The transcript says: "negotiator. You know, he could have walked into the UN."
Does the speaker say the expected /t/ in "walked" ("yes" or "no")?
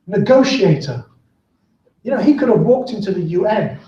yes